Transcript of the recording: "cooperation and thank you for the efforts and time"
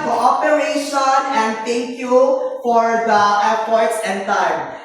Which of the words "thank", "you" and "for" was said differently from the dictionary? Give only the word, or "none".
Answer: thank